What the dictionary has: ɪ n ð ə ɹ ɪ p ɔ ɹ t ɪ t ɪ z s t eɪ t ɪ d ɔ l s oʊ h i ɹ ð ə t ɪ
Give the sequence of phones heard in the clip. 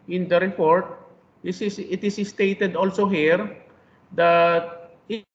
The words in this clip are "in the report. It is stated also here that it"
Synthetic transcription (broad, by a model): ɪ n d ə ɹ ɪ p ɔ ɹ t ɪ t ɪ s s t eɪ t ɪ d ɔ l s oʊ h i ɹ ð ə t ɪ